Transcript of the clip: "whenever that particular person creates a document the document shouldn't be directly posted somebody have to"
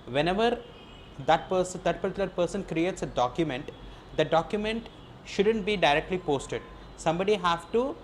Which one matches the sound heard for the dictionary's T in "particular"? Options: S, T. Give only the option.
S